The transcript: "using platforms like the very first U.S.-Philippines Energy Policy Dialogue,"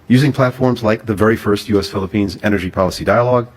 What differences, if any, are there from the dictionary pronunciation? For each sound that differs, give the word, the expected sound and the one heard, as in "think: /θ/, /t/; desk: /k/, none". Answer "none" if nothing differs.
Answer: none